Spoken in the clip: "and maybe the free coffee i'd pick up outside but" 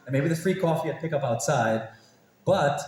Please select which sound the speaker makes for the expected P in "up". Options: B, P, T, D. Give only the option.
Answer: P